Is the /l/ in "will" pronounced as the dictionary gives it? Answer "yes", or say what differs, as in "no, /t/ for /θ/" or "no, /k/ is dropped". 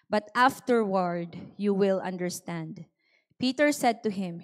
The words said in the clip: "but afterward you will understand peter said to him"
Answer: yes